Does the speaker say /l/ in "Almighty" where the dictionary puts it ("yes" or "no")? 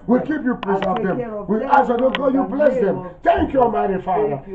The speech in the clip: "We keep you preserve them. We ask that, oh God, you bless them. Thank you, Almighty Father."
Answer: no